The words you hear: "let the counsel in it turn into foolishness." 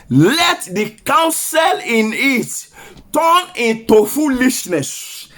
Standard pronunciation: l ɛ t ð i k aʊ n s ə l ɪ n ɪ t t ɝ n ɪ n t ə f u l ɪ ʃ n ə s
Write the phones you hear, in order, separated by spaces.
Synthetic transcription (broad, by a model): l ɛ t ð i k aʊ n s ə l ɪ n ɪ t t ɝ n ɪ n t ə f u l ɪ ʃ n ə s